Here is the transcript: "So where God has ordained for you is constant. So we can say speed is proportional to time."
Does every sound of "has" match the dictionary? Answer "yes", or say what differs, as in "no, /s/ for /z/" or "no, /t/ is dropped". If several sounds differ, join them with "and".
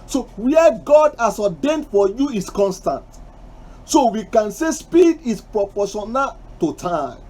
no, /s/ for /z/